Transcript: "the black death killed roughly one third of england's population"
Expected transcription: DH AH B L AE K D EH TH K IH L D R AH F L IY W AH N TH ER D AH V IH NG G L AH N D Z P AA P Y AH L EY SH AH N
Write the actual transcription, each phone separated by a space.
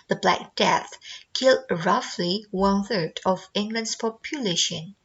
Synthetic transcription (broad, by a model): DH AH B L AE K D EH TH K IH L D R AH F L IY W AH N TH ER D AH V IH NG G L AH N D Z P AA P Y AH L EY SH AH N